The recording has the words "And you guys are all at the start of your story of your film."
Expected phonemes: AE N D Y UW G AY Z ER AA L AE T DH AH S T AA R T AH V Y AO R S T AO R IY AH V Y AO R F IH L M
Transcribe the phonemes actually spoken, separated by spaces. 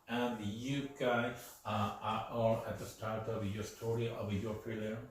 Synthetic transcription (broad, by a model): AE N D Y UW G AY ER AA L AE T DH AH S T AA R T AH V Y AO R S T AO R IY AH V Y AO R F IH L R